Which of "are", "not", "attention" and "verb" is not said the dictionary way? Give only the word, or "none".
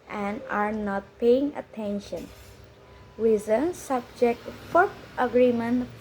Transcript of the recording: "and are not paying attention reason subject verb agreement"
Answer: verb